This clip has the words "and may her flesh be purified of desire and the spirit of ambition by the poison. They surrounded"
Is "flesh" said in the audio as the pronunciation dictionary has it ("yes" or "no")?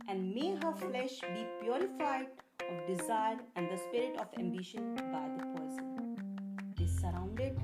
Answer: yes